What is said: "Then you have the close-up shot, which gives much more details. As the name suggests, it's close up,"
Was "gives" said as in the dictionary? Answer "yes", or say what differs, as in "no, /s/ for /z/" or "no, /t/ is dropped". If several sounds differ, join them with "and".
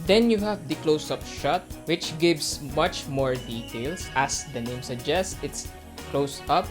no, /s/ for /z/